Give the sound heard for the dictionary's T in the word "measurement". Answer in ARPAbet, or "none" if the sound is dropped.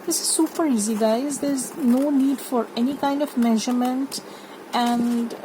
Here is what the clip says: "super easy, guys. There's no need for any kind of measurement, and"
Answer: T